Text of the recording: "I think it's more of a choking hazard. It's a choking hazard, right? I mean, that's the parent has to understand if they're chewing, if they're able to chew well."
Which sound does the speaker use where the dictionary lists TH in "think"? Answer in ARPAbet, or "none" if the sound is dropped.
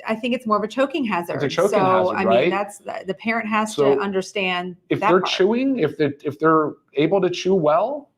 TH